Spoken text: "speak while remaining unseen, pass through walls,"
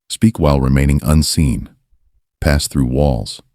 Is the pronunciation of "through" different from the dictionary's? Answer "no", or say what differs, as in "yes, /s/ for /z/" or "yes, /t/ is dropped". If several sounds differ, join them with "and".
no